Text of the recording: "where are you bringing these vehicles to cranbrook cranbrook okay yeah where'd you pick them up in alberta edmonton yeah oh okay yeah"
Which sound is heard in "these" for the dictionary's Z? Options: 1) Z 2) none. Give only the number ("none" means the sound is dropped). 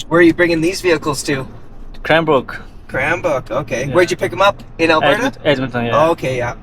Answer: 1